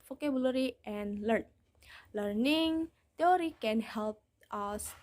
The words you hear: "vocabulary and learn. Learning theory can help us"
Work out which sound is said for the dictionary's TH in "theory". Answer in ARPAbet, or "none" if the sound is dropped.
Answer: T